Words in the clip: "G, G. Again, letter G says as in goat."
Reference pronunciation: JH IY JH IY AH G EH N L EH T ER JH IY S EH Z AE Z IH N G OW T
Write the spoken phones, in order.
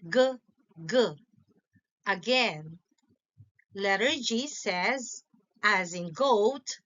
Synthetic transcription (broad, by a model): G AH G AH AH G EH N L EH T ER JH IY S EH Z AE Z IH N G OW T